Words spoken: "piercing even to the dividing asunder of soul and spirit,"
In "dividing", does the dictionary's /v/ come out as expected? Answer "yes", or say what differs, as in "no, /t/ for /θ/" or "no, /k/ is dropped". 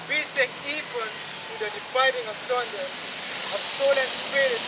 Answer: no, /f/ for /v/